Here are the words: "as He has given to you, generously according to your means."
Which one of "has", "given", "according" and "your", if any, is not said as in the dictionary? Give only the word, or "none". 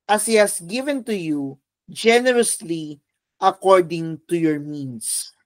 has